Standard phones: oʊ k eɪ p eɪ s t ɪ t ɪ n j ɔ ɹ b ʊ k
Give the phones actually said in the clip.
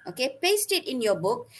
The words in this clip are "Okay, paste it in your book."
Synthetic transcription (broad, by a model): oʊ k eɪ p eɪ s t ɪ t ɪ n j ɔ b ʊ k